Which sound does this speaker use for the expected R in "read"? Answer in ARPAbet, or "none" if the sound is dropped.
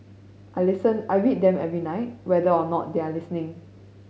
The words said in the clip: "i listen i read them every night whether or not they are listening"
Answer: W